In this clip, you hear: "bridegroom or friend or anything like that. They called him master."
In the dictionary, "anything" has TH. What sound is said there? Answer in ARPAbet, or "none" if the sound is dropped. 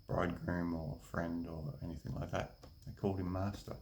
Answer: TH